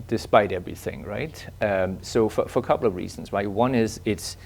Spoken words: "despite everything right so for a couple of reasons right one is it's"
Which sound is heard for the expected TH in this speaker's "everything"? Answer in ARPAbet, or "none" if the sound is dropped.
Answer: TH